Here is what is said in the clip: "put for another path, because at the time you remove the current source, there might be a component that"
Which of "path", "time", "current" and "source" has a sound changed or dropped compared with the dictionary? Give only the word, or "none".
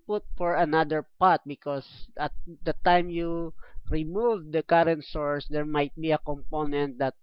path